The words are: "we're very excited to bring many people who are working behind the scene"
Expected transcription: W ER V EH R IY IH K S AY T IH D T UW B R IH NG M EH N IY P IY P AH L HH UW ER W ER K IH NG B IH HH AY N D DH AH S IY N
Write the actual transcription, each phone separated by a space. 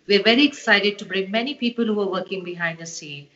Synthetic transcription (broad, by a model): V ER V EH R IY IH S AY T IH D T UW B R IH NG M EH N IY P IY P AH L HH UW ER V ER K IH NG B IH HH AY N D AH S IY N